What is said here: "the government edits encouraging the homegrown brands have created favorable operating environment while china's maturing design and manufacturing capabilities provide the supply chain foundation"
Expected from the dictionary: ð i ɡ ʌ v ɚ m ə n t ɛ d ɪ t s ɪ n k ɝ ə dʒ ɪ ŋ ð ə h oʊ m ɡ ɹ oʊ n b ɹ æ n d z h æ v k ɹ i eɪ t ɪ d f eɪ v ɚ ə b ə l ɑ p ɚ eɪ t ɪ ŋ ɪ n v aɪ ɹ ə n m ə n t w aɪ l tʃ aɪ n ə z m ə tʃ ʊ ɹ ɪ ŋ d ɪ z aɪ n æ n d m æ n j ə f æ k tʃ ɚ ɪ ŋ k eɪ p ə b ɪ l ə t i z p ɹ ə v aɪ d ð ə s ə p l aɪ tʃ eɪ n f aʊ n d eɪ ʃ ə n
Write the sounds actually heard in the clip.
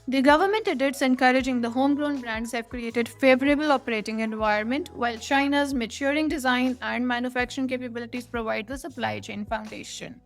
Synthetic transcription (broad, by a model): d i ɡ ʌ v ɚ m ə n t ɛ d ɪ t s ɪ n k ɝ ə dʒ ɪ ŋ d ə h oʊ m ɡ ɹ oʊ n b ɹ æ n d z h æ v k ɹ i eɪ t ɪ d f eɪ v ɚ ə b ə l ɑ p ɚ eɪ t ɪ ŋ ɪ n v aɪ ə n m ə n t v aɪ l tʃ aɪ n ə z m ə tʃ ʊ ɹ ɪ ŋ d ɪ z aɪ n æ n d m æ n j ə f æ k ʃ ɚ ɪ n k eɪ p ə b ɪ l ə t i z p ɹ ə v aɪ d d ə s ə p l aɪ tʃ eɪ n f aʊ n d eɪ ʃ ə n